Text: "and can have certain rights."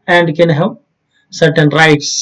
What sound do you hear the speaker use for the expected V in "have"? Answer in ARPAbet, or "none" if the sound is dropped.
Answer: P